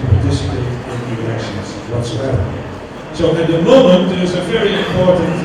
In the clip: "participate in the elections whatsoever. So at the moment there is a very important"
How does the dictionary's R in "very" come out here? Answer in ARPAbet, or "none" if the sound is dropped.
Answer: R